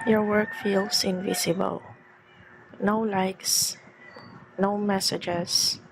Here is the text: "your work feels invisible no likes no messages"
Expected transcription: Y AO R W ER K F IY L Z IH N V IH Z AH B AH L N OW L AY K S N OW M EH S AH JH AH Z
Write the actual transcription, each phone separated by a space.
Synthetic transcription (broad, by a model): Y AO R W ER K F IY L S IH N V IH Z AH B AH L N OW L AY K S N OW M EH S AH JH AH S